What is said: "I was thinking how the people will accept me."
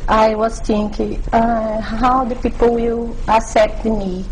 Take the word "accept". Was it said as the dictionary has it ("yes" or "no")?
no